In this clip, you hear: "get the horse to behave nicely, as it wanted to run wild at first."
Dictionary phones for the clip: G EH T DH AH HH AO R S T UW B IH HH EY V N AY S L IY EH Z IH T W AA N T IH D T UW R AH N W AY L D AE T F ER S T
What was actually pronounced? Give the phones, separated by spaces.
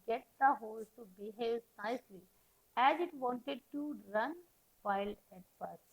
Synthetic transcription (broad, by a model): G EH T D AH HH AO L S T UW B IH HH EY V N AY S L IY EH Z IH T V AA N T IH D T UW R AH N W AY L AE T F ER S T